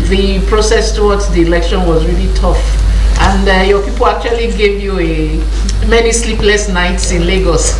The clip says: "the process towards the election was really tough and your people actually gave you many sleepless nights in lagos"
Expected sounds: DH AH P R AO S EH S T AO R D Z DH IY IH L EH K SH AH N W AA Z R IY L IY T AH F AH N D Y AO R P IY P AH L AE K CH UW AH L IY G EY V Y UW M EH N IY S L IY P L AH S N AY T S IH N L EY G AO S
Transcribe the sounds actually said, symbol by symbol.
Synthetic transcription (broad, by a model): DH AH P R AO S EH S T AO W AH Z DH IY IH L EH K SH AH N W AA Z R IY L IY T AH F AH N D Y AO P IY P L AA K CH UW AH L IY G EY V Y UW M EH N IY S L IY P L AH S N AY T S IH N L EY G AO S